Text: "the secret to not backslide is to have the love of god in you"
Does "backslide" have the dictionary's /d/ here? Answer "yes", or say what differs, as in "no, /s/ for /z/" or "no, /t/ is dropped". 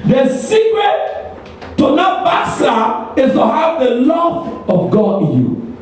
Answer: no, /d/ is dropped